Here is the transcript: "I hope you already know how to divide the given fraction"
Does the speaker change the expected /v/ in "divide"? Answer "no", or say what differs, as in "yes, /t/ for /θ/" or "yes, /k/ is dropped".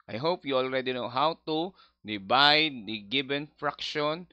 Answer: yes, /b/ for /v/